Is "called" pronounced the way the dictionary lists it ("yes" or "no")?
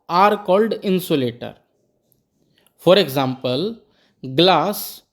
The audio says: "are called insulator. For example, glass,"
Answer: yes